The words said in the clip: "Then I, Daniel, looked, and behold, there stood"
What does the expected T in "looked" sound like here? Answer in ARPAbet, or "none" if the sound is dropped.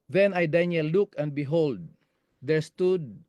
none